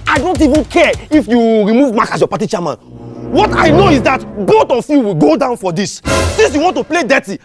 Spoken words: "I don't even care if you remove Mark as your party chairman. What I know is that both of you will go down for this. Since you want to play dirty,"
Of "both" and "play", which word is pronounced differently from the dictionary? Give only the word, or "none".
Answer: both